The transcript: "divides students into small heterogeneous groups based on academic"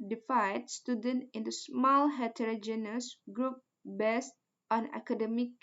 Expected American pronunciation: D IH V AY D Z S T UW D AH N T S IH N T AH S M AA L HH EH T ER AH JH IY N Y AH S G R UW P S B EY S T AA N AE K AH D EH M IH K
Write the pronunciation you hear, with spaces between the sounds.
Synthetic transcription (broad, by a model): D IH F AY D S T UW D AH N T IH N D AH S M AA L HH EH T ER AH JH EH N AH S G R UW P B EY S T AA N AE K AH D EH M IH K